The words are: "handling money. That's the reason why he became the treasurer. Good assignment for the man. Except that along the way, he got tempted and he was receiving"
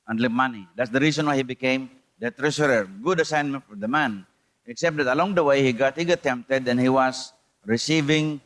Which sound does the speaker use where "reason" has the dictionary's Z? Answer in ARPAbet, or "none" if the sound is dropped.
S